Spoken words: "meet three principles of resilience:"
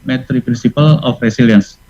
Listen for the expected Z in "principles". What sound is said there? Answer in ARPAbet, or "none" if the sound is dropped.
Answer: none